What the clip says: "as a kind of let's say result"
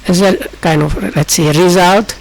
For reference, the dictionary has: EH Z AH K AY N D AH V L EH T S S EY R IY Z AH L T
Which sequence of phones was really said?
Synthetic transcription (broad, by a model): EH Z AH K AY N AH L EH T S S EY R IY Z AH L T